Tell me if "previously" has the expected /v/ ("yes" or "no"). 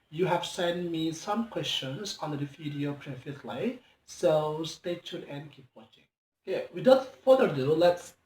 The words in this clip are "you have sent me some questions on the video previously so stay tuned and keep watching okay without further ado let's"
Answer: no